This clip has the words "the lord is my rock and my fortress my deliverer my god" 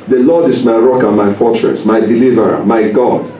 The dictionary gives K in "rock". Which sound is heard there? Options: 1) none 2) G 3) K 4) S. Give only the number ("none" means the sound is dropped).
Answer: 3